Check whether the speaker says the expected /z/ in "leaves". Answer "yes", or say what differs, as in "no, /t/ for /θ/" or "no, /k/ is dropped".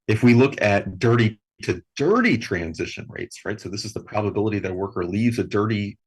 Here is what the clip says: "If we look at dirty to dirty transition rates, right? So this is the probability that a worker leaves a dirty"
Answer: yes